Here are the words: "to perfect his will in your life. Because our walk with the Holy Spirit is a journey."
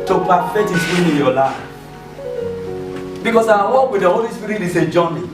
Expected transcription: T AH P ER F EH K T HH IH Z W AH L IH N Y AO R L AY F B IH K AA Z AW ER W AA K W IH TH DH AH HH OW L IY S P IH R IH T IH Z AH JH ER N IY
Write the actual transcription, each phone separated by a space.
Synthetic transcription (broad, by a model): T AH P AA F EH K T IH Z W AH N IH N Y AO L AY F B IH K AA S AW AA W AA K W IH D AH HH OW L IY S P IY R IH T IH S AH JH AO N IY